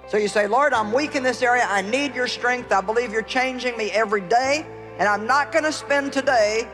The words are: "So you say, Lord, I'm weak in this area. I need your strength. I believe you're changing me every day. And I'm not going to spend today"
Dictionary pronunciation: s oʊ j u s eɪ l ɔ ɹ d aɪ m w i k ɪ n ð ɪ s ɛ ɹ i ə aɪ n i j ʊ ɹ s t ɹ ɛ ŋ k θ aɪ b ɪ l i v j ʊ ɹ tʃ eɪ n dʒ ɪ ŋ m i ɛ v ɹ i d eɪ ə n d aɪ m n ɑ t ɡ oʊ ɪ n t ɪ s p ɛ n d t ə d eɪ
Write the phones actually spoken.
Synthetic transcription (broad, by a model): s oʊ j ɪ s eɪ l ɔ ɹ d aɪ m w i k ɪ n ð ɪ s ɛ ɹ i ə aɪ n i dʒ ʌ ɹ s t ɹ ɛ ŋ k θ aɪ b ɪ l i v j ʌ ɹ tʃ eɪ n dʒ ɪ ŋ m i ɛ v ɹ i d eɪ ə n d aɪ m n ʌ t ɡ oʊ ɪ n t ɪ s p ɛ n t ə d eɪ